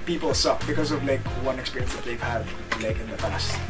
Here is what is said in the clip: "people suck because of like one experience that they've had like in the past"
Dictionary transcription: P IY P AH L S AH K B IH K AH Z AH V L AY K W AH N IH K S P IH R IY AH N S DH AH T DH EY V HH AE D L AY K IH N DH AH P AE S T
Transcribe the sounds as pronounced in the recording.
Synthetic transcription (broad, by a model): P IY P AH L S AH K B IH K AH Z AH V L AY K W AH N IH K S P IH R IY AH N S DH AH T DH EY V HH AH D L AY K IH N DH AH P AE S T